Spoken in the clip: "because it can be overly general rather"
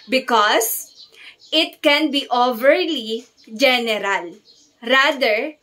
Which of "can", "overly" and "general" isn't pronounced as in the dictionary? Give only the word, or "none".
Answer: none